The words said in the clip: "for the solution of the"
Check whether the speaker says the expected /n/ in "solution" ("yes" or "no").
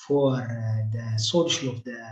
no